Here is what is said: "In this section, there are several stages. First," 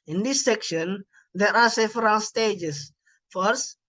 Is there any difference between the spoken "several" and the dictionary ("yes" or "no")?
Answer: yes